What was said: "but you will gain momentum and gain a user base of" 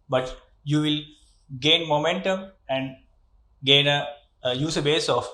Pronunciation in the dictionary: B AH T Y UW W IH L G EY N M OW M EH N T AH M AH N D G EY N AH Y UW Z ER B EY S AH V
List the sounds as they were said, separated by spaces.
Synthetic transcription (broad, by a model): B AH T Y UW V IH L G EY N M OW M EH N T AH M AH N D G EY N AH Y UW S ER B EY S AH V